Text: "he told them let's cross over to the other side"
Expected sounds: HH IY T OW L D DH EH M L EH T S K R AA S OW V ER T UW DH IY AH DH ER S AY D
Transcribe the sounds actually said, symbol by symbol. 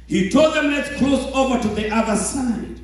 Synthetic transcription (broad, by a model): HH IY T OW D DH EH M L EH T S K L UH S OW V ER T UW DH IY AH DH ER S AY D